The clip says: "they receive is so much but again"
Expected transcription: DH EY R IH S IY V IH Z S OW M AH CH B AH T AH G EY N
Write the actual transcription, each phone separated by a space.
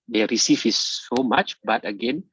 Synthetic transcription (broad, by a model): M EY R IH S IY F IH S OW M AH CH B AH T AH G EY N